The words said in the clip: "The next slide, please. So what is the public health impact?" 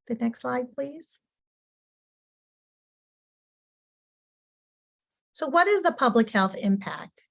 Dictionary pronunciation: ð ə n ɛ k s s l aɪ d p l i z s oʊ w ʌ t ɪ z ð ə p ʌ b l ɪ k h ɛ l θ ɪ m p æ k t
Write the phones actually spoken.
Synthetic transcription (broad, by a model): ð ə n ɛ k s s l aɪ d p l i z s oʊ w ʌ t ɪ z ð ə p ʌ b l ɪ k h ɛ l θ ɪ m p æ k t